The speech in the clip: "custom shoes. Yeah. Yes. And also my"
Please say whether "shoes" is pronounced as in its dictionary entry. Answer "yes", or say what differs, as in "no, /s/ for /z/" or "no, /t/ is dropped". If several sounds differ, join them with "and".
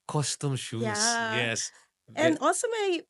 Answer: no, /z/ is dropped